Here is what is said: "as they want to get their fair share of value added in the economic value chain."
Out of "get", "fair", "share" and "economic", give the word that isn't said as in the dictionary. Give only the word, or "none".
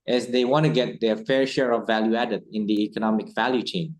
none